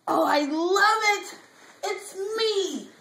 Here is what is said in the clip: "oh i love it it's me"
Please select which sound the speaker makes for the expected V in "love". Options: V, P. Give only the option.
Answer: V